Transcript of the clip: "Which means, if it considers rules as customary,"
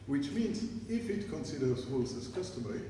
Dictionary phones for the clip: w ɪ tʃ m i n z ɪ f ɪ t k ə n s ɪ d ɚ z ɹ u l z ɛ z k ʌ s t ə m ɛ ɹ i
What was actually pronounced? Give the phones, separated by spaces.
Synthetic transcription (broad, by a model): w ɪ tʃ m i n z ɪ f ɪ t k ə n s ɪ d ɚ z w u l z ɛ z k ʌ s t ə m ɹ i